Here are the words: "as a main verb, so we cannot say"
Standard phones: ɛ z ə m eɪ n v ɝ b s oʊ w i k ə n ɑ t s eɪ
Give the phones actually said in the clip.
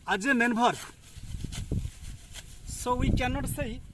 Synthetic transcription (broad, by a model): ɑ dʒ ə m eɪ n b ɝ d s oʊ w i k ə n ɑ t s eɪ